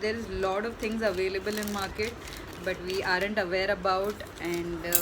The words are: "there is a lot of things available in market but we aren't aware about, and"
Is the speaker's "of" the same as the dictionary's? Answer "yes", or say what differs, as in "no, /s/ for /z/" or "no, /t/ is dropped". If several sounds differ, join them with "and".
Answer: yes